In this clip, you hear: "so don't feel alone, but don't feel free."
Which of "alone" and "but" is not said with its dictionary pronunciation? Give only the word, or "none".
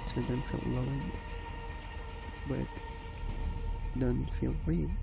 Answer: alone